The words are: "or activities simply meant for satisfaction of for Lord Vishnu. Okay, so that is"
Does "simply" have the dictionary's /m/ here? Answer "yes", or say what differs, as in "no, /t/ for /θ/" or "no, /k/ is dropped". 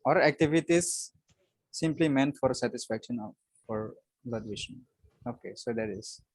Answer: yes